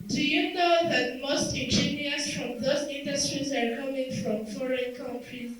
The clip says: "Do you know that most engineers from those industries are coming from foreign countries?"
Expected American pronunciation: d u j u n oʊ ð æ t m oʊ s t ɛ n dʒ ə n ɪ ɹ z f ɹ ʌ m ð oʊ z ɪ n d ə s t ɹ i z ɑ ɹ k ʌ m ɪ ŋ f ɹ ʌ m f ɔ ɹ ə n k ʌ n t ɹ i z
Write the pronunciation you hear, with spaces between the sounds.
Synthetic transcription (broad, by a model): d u j u n oʊ ð æ t m oʊ s t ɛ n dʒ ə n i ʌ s f ɹ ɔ m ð oʊ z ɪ n d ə s t ɹ i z ɑ ɹ k ʌ m ɪ ŋ f ɹ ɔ m f ɔ ɹ ə n k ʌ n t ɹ i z